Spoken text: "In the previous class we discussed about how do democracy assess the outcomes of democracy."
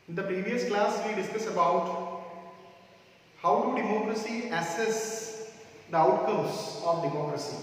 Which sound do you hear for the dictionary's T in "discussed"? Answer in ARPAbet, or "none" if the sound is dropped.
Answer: none